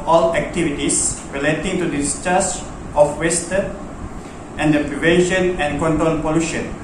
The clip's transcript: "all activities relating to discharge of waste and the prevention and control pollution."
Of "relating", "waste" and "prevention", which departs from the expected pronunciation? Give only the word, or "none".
none